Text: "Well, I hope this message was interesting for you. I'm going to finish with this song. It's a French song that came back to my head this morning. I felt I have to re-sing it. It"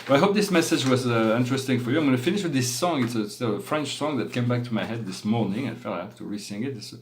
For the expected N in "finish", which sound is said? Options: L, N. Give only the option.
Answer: N